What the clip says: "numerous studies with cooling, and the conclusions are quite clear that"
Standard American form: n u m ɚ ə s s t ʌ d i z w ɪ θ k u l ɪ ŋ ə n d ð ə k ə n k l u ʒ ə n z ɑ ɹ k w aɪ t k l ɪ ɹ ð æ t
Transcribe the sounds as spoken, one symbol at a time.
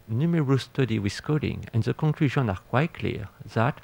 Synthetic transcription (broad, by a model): n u m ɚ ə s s t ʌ d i w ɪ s k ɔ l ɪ ŋ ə n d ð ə k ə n k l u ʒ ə n ɑ ɹ k w aɪ t k l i ɹ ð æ t